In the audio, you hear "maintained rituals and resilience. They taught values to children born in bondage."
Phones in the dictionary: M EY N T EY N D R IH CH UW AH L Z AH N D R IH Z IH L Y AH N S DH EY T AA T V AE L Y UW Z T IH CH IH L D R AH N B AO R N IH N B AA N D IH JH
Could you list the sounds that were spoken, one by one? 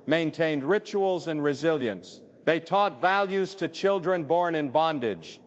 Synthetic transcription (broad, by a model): M EY N T EY N D R IH CH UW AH L Z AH N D R IH Z IH L Y AH N S DH EY T AA T V AE L Y UW Z T IH CH IH L D R AH N B AO R N IH N B AA N D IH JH